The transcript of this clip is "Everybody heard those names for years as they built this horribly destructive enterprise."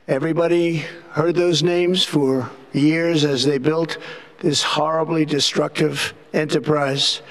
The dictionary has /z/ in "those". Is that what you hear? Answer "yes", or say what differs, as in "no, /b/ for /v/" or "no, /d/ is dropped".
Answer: yes